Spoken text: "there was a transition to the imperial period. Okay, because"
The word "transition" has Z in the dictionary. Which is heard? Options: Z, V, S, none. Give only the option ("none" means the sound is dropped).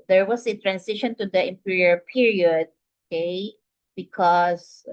S